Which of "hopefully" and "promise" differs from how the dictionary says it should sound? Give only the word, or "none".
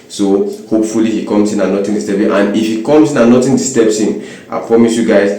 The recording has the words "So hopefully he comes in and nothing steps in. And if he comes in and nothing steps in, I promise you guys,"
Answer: none